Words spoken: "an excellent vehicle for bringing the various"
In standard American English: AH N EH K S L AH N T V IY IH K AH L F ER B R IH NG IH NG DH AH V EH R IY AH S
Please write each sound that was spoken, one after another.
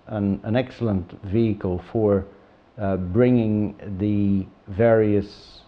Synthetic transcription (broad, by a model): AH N EH K S L AH N T V IY IH K AH L F ER B R IH NG IH NG DH AH V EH R IY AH S